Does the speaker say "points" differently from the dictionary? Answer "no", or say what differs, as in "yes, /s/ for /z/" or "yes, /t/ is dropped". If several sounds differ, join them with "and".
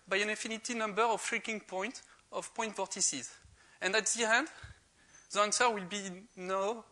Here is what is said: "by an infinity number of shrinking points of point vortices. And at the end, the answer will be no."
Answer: yes, /s/ is dropped